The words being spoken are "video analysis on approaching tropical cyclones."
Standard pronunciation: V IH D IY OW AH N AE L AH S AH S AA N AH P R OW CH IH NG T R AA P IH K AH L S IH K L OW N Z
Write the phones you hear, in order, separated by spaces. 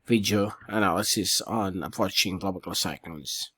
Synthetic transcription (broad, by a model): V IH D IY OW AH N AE L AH S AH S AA N AH P R OW CH IH NG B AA B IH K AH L S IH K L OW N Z